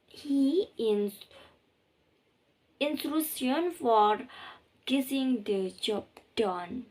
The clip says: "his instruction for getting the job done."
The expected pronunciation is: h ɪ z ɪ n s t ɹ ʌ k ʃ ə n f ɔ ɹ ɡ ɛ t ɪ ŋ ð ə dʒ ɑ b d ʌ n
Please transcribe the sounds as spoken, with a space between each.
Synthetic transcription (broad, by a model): h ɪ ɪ n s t ɹ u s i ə n f ɔ ɹ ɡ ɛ s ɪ ŋ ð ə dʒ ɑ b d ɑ n